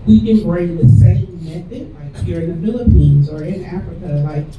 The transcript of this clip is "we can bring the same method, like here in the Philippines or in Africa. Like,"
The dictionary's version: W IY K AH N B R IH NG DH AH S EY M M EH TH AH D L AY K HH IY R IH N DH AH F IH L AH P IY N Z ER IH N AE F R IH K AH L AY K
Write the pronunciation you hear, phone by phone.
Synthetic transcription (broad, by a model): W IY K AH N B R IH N DH AH S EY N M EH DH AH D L AY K HH IY R IH N DH AH F IH L AH P IY N Z ER IH N AE F R IH K AH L AY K